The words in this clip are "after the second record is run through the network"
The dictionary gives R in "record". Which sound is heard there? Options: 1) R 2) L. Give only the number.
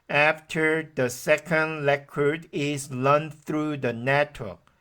2